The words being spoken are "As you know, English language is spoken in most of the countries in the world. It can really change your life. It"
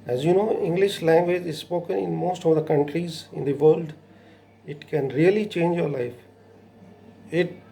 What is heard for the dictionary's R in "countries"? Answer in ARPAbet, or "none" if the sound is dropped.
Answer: R